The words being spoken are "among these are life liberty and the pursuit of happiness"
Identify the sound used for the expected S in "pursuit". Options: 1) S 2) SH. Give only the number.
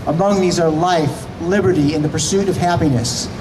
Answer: 1